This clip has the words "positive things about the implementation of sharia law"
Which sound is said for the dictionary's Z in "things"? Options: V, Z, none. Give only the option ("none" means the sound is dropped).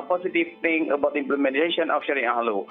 none